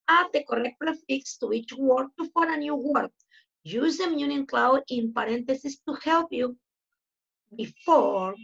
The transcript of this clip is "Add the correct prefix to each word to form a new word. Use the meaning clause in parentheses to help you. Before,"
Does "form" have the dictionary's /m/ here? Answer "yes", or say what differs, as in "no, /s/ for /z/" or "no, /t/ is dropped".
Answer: no, /m/ is dropped